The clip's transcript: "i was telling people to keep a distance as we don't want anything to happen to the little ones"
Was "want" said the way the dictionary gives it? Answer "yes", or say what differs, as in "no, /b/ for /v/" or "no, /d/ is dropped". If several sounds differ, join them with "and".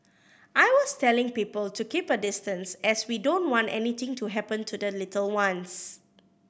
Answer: yes